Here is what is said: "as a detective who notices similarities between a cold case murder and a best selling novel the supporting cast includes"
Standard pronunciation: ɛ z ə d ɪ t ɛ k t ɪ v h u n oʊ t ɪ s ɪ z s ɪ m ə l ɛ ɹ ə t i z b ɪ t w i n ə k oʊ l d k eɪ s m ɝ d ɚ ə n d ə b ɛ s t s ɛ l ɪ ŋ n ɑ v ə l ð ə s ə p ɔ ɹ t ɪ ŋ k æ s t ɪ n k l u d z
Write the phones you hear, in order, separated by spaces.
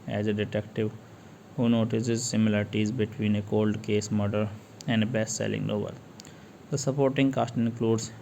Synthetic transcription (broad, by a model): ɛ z ə d ɪ t ɛ k t ɪ v h u n oʊ t ɪ s ɪ z s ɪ m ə l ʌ ɹ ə t i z b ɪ t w i n ə k oʊ l d k eɪ s m ɝ d ɚ ə n d ə b ɛ s t s ɛ l ɪ ŋ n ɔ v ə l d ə s ə p ɔ ɹ t ɪ ŋ k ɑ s t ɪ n k l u d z